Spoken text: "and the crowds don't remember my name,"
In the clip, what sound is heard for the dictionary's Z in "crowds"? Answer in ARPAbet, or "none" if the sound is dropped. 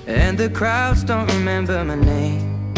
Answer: Z